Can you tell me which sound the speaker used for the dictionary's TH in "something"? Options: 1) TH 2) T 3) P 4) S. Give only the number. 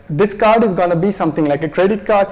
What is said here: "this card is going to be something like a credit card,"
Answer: 2